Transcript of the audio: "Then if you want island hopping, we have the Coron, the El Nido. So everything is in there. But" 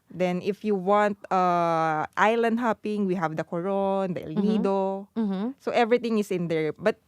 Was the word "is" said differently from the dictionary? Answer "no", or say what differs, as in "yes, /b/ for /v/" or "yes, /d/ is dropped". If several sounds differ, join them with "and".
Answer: yes, /s/ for /z/